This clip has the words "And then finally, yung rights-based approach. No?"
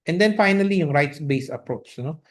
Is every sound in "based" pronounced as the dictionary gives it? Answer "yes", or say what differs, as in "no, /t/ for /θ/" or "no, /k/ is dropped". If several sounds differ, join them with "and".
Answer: no, /t/ is dropped